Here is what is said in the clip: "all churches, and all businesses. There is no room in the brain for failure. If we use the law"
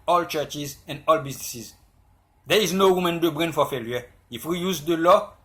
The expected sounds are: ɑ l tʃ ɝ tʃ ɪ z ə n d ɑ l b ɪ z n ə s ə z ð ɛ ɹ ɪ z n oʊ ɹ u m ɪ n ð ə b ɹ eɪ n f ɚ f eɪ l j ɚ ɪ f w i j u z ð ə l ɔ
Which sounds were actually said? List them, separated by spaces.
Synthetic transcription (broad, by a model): ɑ l tʃ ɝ tʃ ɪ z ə n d ɑ l b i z n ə s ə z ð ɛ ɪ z n oʊ w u m ɪ n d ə b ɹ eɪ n f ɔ f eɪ l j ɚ ɪ f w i j u z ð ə l ɔ